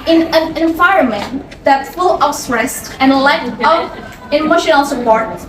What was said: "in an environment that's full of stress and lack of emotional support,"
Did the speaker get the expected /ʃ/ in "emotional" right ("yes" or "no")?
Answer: yes